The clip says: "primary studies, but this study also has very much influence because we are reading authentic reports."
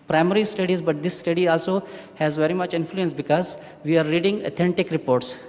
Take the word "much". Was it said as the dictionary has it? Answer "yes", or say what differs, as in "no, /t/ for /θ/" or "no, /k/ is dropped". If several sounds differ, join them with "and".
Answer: yes